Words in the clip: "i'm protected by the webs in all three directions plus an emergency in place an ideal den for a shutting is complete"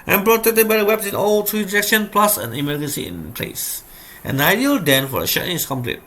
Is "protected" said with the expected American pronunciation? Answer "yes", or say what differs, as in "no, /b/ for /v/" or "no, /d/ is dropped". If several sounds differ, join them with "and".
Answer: no, /k/ is dropped